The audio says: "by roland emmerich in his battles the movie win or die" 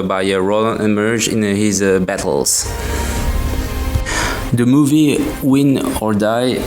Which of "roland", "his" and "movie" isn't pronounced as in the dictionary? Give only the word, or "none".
roland